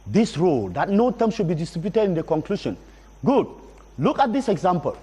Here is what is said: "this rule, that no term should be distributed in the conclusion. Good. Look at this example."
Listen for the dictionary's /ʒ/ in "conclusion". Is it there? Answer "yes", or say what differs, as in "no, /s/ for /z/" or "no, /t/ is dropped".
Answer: no, /ʃ/ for /ʒ/